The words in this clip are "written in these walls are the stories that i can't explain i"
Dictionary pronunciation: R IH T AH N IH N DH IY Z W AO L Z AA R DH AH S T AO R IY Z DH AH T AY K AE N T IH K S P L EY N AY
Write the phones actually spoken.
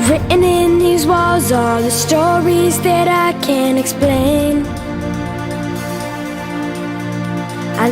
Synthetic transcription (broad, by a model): R IH T N IH N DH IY Z W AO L Z AA L DH AH S T AO R IY Z DH AH T AY K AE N IH K S P L EY N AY